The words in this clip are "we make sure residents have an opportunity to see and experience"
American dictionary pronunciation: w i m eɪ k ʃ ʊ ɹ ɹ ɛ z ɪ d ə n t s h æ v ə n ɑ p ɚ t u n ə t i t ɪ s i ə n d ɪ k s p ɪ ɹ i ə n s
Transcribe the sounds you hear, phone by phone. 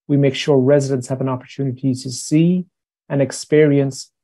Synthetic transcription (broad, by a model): w i m eɪ k ʃ ʊ ɹ ɹ ɛ z ɪ d ə n t s h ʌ v ə n ɑ p ɚ t u n ə t i t ɪ s i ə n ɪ k s p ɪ ɹ i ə n s